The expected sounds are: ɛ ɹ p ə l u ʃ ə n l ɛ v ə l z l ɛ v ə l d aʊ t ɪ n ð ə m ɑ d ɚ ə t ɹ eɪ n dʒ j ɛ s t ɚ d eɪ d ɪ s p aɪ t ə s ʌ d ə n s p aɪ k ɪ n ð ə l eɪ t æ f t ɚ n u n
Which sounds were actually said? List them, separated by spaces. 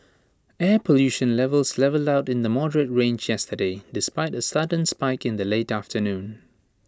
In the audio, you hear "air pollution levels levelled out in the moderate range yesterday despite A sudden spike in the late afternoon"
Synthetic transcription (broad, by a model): ɛ p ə l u ʃ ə n l ɛ v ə l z l ɛ v ə l d aʊ t ɪ n ð ə m ɑ d ɚ ə t ɹ eɪ n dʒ j ɛ s t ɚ d eɪ d ɪ s p aɪ t ə s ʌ d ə n s p aɪ k ɪ n ð ə l eɪ t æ f t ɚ n u n